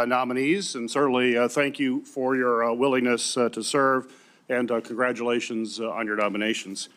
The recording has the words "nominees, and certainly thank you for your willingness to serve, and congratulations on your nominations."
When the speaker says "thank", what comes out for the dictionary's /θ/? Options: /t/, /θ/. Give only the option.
/θ/